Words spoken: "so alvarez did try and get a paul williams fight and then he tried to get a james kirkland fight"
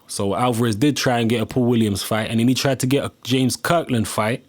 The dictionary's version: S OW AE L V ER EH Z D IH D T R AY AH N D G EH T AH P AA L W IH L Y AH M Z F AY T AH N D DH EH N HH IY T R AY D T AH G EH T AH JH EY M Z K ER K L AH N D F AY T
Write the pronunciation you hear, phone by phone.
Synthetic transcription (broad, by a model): S OW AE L V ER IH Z D IH D T R AY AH N G EH T AH P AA W IH L Y AH M Z F AY T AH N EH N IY T R AY D T AH G EH T AH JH EY M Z K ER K L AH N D F AY T